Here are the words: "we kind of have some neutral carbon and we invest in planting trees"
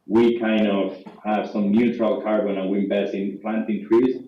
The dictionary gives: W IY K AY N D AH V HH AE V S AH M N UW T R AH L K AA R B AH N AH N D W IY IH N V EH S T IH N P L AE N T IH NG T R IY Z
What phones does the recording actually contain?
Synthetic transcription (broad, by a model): W IY K AY N D AH V HH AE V S AH M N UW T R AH L K AA R B AH N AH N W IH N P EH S IH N P L AE N T IH NG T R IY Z